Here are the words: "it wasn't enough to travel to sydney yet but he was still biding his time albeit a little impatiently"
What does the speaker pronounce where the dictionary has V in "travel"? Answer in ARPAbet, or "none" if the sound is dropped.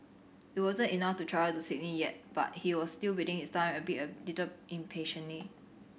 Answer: none